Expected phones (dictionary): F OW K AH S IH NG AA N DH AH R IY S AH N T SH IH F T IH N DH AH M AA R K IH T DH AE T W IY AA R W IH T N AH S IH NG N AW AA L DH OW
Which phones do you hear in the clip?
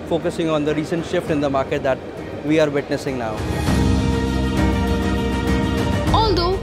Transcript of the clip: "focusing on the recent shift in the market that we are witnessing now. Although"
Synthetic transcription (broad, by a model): F OW K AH S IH NG AA N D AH R IY S AH N T SH IH F T IH N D AH M AA R K IH T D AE T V IY AA R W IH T N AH S IH NG N AW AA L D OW